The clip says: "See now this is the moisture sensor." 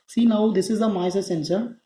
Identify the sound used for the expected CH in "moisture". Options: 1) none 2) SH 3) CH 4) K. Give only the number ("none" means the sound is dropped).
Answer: 1